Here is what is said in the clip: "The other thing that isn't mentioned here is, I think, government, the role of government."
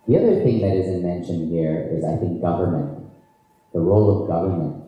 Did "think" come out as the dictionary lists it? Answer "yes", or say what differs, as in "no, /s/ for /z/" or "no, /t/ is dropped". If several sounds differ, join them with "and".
yes